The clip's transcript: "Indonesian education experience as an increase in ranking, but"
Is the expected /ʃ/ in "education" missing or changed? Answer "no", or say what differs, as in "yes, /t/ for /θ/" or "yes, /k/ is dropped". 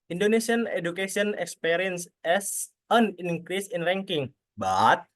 yes, /s/ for /ʃ/